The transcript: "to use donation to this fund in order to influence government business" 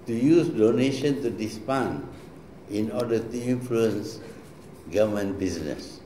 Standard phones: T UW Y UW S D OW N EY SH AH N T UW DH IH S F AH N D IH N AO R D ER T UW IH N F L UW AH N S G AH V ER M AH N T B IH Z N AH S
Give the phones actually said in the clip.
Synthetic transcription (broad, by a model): T UW Y UW S D OW N EY SH AH N T UW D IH S P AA N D IH N AO D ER T UW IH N F L UW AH N S G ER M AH N B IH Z N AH S